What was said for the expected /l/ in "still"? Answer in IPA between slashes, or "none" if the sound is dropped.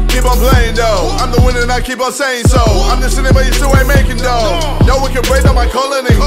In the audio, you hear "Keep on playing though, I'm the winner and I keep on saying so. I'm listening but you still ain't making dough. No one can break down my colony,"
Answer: /w/